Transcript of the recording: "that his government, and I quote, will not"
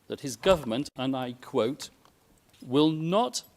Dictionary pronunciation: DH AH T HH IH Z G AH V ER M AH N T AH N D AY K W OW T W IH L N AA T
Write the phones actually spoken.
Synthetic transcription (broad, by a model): DH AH T HH IH Z G AH V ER M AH N T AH N AY K W OW T W IH L N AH T